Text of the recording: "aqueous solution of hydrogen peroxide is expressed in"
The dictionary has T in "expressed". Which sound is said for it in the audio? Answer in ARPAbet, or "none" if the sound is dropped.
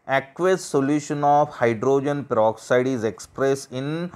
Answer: none